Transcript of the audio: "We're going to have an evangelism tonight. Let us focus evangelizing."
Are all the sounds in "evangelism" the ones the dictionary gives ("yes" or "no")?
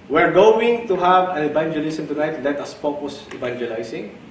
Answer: no